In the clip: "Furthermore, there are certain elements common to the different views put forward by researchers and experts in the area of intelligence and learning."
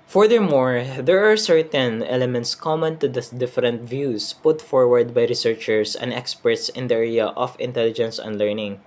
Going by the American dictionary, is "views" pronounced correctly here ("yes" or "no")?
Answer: no